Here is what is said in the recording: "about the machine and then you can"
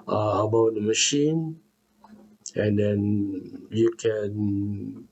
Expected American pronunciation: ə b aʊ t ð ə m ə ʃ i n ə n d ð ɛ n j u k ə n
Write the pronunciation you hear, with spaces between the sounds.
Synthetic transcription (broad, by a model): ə b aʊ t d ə m ə ʃ i n ə n d ɛ n j u k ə n